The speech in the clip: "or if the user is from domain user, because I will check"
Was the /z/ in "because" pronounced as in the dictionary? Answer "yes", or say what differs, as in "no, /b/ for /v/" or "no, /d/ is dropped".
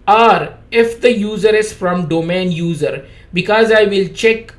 yes